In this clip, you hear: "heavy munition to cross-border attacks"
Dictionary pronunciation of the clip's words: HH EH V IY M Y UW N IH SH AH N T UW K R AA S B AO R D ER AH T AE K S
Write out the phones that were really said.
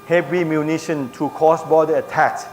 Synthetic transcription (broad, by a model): HH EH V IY M Y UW N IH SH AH N T UW K AA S B AO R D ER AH T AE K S